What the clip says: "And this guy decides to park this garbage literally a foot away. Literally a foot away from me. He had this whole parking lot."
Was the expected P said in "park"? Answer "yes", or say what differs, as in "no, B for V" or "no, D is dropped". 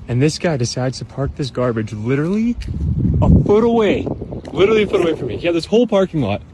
yes